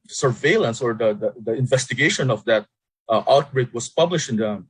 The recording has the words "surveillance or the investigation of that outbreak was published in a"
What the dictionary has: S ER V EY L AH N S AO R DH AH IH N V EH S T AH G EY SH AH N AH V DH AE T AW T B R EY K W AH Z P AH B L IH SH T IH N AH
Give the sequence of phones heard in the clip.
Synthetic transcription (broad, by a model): S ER V EY L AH N S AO R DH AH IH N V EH S T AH G EY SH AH N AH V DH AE T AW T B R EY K W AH S P AH B L IH SH T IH N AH